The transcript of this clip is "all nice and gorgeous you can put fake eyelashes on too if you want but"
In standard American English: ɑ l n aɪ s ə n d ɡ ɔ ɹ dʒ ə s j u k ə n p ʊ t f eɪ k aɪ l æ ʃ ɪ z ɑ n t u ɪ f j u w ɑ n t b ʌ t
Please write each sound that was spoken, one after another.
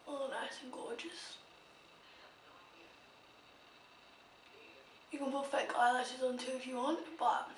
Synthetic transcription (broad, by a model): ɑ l n aɪ s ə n ɡ ɔ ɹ dʒ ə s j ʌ k ə n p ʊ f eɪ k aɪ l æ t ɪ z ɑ n t u ɪ f j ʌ w ɑ n t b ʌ t